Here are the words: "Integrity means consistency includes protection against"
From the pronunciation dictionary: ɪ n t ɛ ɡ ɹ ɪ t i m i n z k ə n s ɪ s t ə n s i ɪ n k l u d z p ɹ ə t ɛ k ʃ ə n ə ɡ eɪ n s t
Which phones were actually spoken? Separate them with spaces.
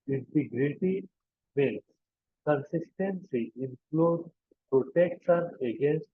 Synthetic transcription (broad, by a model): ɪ n t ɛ ɡ ɹ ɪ t i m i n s k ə n s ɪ s t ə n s i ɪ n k l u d p ɹ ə t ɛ k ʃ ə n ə ɡ eɪ n s t